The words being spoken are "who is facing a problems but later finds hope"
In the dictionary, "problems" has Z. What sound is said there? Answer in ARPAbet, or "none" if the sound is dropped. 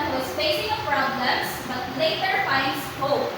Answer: S